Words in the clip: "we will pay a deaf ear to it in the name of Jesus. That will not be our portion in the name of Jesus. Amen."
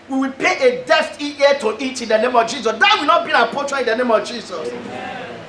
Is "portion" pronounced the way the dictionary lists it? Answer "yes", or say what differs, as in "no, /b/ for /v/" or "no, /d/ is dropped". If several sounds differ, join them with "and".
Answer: no, /n/ is dropped